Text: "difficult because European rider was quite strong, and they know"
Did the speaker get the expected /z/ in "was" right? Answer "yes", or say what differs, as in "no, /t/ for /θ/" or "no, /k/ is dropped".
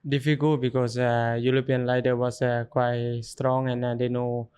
no, /s/ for /z/